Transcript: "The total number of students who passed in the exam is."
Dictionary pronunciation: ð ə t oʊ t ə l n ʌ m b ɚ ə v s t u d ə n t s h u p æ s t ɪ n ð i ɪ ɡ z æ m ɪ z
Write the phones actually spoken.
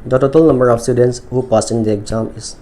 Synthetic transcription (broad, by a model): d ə t oʊ t ə l n ʌ m b ɚ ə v s t u d ə n t s h u p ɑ s ɪ n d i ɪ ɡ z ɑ m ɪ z